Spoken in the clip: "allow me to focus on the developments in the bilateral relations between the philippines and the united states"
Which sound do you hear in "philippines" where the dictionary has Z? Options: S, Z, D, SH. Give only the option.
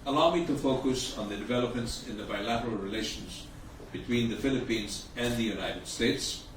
Z